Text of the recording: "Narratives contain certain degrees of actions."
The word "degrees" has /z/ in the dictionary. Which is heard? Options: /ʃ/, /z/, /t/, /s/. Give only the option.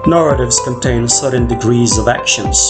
/z/